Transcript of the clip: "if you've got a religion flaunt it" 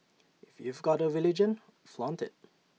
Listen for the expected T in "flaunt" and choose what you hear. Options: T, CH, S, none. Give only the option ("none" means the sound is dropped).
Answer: T